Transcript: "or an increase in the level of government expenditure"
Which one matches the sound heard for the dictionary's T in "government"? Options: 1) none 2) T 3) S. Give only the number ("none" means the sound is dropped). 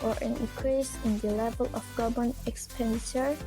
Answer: 1